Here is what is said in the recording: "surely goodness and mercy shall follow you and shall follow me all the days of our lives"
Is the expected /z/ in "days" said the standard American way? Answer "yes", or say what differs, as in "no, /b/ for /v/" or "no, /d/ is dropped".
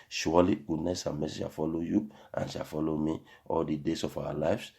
no, /s/ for /z/